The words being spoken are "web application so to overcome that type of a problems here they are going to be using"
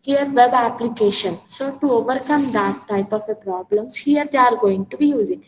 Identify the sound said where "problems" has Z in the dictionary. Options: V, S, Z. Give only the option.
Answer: S